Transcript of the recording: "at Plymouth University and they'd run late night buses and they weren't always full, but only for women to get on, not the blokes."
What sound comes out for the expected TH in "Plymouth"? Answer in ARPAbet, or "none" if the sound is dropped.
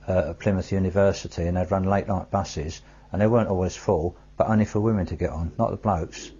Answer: TH